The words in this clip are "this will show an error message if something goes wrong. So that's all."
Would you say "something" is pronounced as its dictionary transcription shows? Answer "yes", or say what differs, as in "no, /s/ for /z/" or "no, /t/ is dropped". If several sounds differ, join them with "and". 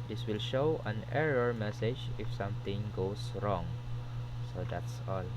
no, /t/ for /θ/